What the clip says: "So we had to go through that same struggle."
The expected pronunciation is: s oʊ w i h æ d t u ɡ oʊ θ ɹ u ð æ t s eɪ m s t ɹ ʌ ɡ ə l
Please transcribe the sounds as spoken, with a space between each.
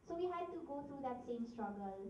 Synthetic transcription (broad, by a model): s oʊ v i h æ d t u ɡ oʊ t ɹ u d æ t s eɪ m s t ɹ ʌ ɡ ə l